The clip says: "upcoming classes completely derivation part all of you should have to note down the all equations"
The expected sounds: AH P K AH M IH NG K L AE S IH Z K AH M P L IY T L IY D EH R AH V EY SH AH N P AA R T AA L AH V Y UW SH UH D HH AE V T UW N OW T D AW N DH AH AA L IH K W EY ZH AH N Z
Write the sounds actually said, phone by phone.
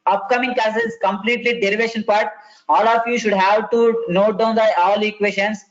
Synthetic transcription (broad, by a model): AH P K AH M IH NG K AE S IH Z K AH M P L IY T L IY D EH R AH V EY SH AH N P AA R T AA L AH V Y UW SH UH D HH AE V T UW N OW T D AW N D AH AA L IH K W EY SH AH N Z